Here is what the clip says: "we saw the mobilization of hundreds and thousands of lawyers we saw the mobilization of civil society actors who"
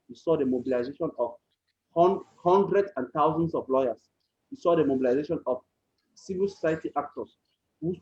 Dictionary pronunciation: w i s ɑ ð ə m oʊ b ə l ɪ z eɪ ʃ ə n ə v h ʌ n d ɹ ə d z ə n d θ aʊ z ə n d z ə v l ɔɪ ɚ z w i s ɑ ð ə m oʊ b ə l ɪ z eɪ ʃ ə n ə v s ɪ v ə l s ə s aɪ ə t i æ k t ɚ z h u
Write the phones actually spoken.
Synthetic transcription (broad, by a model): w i s ɑ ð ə m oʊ b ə l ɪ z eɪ ʃ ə n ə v h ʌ n d ɹ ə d ə n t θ aʊ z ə n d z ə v l ɔɪ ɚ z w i s ɑ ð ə m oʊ b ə l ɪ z eɪ ʃ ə n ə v s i v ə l s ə s aɪ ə t i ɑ k t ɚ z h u